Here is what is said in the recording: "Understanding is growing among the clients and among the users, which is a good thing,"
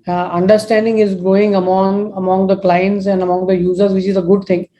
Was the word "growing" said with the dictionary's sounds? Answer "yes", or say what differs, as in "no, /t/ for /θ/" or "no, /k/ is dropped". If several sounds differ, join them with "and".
no, /ɹ/ is dropped